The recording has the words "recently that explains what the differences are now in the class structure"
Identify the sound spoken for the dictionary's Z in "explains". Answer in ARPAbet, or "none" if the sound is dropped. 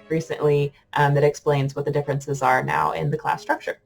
Z